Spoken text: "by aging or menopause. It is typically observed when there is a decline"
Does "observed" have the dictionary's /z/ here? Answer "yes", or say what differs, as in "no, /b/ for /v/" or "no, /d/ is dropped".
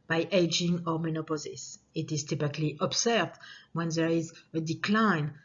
no, /s/ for /z/